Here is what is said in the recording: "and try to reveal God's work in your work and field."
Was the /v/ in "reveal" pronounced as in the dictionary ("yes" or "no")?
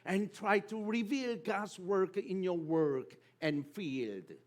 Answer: yes